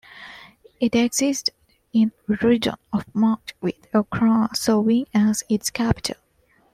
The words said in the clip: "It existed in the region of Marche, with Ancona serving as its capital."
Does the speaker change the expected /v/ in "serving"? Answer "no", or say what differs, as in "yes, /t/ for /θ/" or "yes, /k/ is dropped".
yes, /w/ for /v/